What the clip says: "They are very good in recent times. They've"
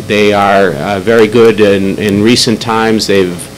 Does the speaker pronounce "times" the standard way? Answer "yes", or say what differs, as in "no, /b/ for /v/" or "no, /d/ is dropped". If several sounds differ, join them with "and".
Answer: yes